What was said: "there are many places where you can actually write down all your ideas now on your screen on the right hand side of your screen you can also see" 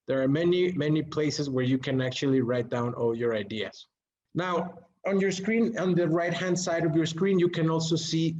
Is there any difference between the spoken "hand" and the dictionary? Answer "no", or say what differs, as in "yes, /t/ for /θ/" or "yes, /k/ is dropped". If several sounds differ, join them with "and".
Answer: no